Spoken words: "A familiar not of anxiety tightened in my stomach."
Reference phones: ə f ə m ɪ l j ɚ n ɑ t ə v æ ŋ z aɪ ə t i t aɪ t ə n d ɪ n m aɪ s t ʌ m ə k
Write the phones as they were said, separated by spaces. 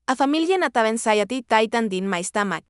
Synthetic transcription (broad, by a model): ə f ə m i l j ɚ n ɑ t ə b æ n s aɪ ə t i t aɪ t ə n d ɪ n m aɪ s t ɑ m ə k